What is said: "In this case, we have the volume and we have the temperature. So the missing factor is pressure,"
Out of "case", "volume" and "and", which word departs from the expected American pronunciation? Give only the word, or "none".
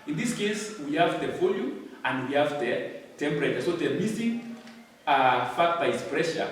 volume